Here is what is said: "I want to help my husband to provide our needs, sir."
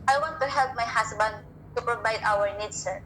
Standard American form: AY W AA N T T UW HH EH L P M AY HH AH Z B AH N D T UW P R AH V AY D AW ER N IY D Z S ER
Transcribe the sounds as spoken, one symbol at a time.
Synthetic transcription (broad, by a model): AY W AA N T T UW HH EH L P M AY HH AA S B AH N D T UW P R AH V AY D AW ER N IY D S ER